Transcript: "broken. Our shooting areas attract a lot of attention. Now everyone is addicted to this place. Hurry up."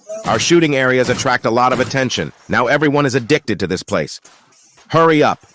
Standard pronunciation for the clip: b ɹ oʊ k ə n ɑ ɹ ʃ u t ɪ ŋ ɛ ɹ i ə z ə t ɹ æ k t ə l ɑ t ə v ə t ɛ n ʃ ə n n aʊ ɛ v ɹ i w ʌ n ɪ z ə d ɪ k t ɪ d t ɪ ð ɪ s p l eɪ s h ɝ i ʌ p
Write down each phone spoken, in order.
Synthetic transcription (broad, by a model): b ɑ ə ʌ ɹ ʃ u t ɪ ŋ ɛ ɹ i ə z ə t ɹ æ k t ə l ɑ t ə v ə t ɛ n ʃ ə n n aʊ ɛ v ɹ i w ʌ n ɪ z ə d ɪ k t ɪ d t ɪ ð ɪ s p l eɪ s h ɝ i ʌ p